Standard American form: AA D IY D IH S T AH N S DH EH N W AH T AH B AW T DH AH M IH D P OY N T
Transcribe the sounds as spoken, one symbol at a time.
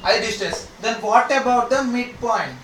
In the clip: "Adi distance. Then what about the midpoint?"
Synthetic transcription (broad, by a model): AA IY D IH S T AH S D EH N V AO T AH B AW T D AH M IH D P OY N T